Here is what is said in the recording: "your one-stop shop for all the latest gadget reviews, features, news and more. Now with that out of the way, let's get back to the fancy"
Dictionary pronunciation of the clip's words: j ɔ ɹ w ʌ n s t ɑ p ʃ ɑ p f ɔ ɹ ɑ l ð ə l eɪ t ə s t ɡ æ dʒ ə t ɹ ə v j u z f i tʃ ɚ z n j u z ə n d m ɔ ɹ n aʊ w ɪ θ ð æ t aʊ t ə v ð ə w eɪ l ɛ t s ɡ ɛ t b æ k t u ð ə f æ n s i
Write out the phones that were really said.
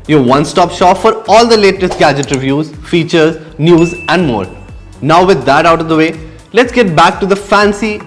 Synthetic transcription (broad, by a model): j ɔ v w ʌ n s t ɑ p ʃ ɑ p f ɔ ɹ ɑ l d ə l eɪ t ə s t ɡ æ dʒ ə t ɹ ə v j u z f i tʃ ɚ z n j u z ə n d m ɔ ɹ n aʊ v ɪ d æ t aʊ t ə v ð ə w eɪ l ɛ t s ɡ ɛ t b æ k t u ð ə f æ n s i